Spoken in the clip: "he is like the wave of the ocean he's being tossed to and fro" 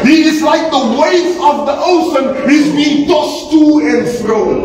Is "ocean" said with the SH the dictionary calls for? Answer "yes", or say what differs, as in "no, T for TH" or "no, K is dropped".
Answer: no, S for SH